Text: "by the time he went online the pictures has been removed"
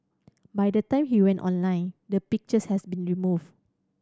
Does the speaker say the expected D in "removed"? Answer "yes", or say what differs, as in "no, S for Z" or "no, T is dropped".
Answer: no, D is dropped